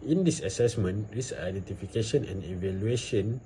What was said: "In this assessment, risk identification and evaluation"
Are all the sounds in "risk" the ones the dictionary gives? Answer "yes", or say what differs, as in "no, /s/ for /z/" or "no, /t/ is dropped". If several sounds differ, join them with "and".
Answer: no, /k/ is dropped